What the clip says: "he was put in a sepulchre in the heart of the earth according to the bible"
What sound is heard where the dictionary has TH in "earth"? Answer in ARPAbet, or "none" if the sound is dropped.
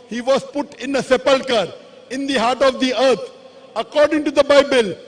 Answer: T